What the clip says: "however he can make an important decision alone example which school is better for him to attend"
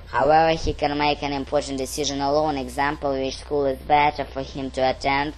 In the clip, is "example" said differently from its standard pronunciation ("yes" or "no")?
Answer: no